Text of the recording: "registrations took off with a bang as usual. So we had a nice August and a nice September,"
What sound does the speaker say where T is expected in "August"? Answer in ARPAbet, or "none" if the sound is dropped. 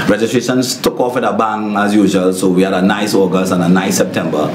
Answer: none